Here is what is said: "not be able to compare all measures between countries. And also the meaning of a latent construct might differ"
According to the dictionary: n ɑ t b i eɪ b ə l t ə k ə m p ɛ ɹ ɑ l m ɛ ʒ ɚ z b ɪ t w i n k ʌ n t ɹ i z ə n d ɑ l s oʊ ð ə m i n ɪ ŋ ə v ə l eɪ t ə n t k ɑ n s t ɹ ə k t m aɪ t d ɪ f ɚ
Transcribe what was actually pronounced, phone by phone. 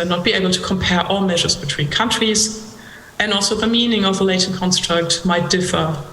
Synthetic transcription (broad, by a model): n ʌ t b i eɪ b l t ə k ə m p ɛ ɹ ɑ l m ɛ ʒ ɚ z b ɪ t w i n k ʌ n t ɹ i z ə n ɑ l s oʊ ð ə m i n ɪ ŋ ə v ə l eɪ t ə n k ɑ n s t ɹ ə k t m aɪ t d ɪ f ɚ